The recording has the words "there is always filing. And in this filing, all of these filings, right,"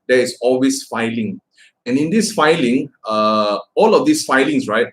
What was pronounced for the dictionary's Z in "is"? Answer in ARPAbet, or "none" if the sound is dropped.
S